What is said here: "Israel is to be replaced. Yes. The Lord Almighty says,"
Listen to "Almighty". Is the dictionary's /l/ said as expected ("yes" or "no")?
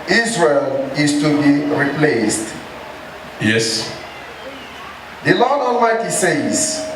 no